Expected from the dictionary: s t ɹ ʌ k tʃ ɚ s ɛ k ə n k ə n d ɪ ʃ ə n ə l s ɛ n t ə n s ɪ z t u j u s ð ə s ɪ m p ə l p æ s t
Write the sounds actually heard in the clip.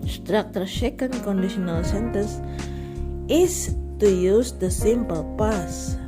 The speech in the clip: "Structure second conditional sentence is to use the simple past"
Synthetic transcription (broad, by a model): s t ɹ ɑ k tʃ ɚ ʃ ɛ k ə n k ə n d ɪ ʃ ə n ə l s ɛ n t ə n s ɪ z t u j u s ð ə s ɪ m p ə l p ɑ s